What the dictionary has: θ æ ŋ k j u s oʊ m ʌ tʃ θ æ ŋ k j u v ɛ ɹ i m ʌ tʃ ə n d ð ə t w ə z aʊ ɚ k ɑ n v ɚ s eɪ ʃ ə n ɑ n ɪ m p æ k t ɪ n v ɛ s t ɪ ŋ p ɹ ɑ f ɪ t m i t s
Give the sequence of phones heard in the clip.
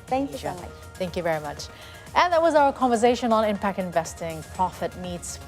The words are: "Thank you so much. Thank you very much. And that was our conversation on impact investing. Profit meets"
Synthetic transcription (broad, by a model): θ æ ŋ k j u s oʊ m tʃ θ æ ŋ k j u v ɛ ɹ i m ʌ tʃ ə n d ð ə t w ə z aʊ ɚ k ɑ n v ɚ s eɪ ʃ ə n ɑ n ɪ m p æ k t ɪ n v ɛ s t ɪ ŋ p ɹ ɑ f ɪ t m i t s